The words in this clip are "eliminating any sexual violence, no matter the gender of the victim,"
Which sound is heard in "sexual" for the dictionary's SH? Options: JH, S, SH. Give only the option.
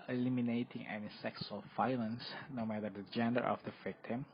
S